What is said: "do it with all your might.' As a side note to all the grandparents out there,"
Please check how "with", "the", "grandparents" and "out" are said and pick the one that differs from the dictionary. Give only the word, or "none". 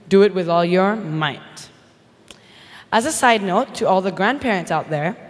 none